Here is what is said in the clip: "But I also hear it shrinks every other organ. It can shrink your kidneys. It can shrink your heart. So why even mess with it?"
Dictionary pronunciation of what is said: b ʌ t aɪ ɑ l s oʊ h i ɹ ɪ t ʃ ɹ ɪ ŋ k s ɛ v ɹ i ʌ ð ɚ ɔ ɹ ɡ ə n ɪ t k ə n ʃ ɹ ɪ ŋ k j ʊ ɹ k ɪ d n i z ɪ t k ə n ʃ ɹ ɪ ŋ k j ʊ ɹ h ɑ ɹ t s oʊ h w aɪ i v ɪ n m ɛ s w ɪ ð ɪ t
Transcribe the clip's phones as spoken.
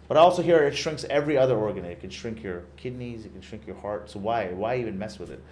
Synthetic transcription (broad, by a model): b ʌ t ɑ l s oʊ h i ɹ ɪ t ʃ ɹ ɪ ŋ k s ɛ v ɹ i ʌ ð ɚ ɔ ɹ ɡ ə n ɪ t k ə n ʃ ɹ ɪ ŋ k j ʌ ɹ k ɪ d n i z ɪ t k n ʃ ɹ ɪ ŋ k j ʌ ɹ h ɑ ɹ t s oʊ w w aɪ i v ɪ n m ɛ s w ɪ ð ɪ t